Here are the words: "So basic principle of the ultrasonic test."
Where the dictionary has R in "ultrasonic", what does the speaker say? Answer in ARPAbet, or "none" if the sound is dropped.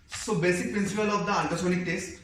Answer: none